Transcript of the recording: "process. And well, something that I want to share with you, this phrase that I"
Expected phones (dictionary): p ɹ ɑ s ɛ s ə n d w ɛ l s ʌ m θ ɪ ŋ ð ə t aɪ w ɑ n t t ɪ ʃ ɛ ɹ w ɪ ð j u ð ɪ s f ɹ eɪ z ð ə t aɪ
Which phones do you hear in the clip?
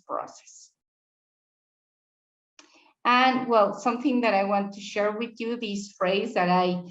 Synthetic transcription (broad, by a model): p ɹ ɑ s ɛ s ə n w ɛ l s ʌ m θ ɪ ŋ ð ə t aɪ w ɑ n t t ɪ ʃ ɛ ɹ w ɪ ð j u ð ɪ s f ɹ eɪ z ð ə t aɪ